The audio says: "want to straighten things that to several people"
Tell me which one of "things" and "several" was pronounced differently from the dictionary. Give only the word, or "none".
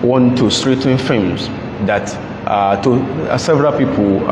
things